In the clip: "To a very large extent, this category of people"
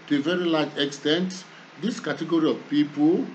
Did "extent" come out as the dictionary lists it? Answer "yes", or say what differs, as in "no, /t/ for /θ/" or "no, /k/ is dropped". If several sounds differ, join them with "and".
yes